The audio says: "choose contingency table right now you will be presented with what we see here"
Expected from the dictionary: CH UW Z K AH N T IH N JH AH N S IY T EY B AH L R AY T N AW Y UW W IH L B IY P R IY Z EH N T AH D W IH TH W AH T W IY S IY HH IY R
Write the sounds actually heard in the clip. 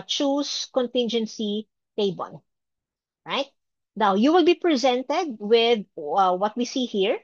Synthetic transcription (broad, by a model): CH UW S K AH N T IH N JH AH N S IY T EY B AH N R AY T N AW Y UW W IH L B IY P R IY Z EH N T AH D W IH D W AH T W IY S IY HH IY R